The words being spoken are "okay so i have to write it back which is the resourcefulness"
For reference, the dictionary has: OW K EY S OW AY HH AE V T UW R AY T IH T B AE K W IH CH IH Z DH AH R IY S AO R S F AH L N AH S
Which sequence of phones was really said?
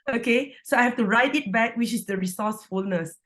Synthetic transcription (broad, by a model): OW K EY S OW AY HH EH F T UW R AY T IH T B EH K W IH CH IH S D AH R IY S AO S F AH L N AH S